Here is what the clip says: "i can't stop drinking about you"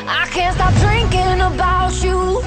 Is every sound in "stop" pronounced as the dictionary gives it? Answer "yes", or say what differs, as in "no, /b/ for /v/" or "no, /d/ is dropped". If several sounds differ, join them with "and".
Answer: yes